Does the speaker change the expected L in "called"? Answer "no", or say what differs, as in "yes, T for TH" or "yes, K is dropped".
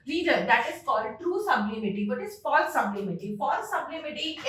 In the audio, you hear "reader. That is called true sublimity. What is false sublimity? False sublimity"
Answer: yes, L is dropped